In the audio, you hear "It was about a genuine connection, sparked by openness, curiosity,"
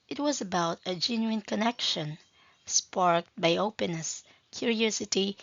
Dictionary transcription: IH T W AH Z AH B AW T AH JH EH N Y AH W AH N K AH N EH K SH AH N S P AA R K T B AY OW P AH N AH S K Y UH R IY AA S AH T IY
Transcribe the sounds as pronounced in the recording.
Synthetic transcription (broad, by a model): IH T W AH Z AH B AW T AH JH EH N Y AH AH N K AH N EH K SH AH N S P AA R K T B AY OW P AH N AH S K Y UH R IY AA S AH T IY